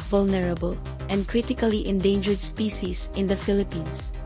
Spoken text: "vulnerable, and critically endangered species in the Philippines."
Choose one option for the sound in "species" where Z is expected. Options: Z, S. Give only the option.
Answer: S